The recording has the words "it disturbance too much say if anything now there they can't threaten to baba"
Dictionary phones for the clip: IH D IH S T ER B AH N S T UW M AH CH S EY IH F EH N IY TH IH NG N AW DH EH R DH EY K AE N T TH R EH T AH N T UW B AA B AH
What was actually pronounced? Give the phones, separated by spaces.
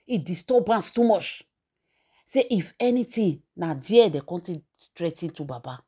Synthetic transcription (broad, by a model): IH D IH S T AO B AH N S T UW M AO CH S EY IH F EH N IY T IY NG N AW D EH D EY K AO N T T R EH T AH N T UW B AA B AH